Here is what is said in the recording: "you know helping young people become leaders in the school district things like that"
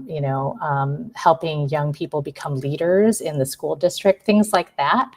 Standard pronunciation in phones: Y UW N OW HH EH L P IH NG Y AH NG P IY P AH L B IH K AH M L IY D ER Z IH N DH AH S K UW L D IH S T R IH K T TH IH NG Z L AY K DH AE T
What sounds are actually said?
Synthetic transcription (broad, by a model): Y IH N OW HH EH L P IH NG Y AH NG P IY P L B IH K AH M L IY D ER Z IH N DH AH S K UW L D IH S T R IH K T TH IH NG Z L AY K DH AE T